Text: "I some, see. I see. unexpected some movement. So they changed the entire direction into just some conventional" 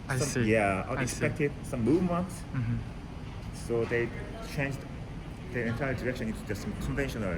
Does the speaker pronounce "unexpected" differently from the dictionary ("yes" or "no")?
yes